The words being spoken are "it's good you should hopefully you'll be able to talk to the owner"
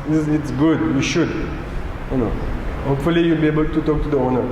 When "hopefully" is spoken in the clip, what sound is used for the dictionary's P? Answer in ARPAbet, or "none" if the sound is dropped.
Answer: P